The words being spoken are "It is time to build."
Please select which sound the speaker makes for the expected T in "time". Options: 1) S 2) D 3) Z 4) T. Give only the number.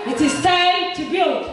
1